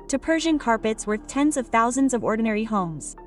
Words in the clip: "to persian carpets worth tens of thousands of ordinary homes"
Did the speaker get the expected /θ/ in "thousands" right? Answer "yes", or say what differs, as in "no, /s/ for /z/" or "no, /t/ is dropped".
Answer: yes